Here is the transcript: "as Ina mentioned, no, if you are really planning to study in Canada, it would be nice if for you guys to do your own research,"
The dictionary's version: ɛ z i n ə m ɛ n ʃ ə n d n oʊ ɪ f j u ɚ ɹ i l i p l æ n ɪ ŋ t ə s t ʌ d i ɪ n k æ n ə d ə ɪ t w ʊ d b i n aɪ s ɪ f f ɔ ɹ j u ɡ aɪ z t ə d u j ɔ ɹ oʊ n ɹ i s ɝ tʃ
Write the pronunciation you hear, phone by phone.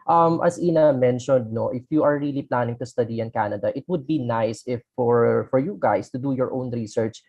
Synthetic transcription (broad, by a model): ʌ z i n ə m ɛ n ʃ ə n d n oʊ ɪ f j u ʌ ɹ i l i p l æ n ɪ ŋ t ə s t ʌ d i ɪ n k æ n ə d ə ɪ t w ʊ d b i n aɪ s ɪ f f ɔ ɹ j u ɡ aɪ s t ə d u j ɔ ɹ oʊ n ɹ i s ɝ tʃ